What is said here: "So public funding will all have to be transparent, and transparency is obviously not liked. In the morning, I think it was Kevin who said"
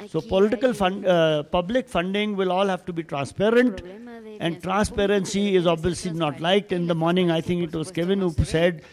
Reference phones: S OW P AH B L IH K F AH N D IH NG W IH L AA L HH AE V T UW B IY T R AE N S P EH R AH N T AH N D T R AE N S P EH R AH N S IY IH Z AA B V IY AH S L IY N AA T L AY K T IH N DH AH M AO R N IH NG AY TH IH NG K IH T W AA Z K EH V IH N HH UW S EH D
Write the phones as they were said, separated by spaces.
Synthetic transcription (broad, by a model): S OW P AH B L IH K F AH N D IH NG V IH L AA L HH AE V T UW B IY T R AE N S P EH R AH N T AH N D T R AE N S P EH R AH N S IY IH Z AA B V IY AH S L IY N AA T L AY K T IH N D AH M AO R N IH NG AY T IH NG K IH T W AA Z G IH V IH N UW S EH D